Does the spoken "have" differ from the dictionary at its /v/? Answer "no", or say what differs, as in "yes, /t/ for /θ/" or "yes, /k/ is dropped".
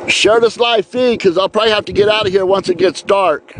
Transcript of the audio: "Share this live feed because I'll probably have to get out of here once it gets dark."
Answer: yes, /f/ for /v/